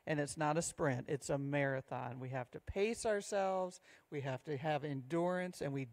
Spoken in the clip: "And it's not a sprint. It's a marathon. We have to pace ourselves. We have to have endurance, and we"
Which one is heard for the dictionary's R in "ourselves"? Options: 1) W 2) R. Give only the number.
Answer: 2